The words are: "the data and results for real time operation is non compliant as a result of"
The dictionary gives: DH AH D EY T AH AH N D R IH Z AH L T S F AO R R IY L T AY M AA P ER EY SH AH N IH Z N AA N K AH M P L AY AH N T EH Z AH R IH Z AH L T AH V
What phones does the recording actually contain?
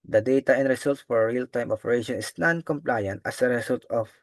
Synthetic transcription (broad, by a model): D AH D EY T AH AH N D R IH S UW L T S F AO R R IY L T AY M AA P ER EY SH AH N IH S N AA N K AH M P L AY AH N T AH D AH R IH S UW L T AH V